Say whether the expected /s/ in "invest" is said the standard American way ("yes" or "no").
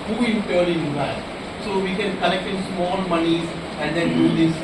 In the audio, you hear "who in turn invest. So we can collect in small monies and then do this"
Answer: no